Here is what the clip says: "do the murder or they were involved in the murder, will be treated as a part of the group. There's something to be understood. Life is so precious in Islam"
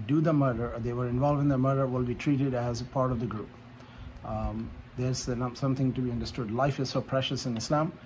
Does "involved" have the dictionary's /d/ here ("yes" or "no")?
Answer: no